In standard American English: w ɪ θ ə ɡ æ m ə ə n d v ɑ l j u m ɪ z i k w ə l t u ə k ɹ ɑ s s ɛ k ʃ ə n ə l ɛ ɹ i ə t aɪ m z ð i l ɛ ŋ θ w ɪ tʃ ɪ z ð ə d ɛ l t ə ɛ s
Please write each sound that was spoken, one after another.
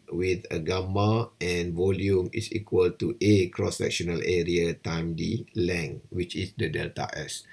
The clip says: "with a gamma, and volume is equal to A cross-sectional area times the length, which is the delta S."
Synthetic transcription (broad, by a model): w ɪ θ ə ɡ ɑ m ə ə n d v ɑ l j u m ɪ s i k w ə l t u ə k ɹ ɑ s s ɛ k ʃ ə n ə l ɛ ɹ i ə t aɪ m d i l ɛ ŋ w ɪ tʃ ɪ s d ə d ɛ l t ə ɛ s